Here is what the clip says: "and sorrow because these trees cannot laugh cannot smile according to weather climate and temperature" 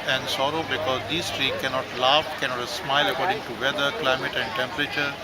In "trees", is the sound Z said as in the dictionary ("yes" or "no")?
no